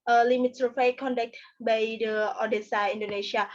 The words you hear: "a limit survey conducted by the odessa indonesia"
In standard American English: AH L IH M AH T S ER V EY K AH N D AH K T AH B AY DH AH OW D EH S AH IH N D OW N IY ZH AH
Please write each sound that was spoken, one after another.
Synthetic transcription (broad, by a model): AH L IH M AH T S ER F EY K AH N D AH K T B AY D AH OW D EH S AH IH N D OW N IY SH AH